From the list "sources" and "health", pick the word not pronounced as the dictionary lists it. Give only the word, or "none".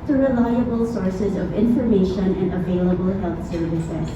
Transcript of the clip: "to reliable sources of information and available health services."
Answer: none